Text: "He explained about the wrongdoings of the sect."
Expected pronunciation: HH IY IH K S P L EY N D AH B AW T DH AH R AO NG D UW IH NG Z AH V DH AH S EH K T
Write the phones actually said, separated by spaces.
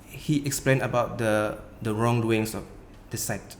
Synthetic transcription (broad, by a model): HH IY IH K S P L EY N AH B AW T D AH R AO NG D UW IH NG S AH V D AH S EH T